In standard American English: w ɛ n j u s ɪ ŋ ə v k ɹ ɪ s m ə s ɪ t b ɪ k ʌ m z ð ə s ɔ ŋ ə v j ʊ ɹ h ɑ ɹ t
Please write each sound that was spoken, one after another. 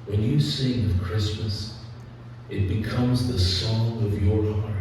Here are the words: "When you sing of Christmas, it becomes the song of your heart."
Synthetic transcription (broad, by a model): w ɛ n j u s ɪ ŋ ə k ɹ ɪ s m ə s ɪ t b ɪ k ʌ m z ð ə s ɔ ŋ ə v j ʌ ɹ h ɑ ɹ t